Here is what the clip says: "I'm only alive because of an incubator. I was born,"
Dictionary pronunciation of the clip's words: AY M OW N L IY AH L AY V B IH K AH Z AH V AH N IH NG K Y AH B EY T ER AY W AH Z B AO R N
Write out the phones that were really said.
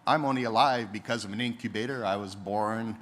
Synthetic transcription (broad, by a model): AY M OW N L IY AH L AY V B IH K AH Z AH V AH N IH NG K Y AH B EY T ER AY W AH Z B AO R N